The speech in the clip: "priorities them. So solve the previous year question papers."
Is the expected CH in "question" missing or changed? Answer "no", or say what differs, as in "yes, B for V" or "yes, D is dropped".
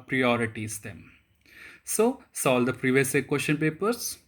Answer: yes, SH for CH